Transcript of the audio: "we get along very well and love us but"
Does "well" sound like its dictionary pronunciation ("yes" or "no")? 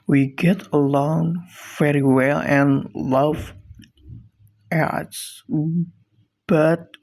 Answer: yes